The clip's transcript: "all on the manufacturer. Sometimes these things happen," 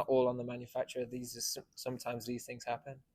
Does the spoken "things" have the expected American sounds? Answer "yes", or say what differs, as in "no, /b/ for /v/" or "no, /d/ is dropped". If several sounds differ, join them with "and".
yes